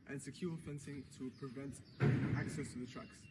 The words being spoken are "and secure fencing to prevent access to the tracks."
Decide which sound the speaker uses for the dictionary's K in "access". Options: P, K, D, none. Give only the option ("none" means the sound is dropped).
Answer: K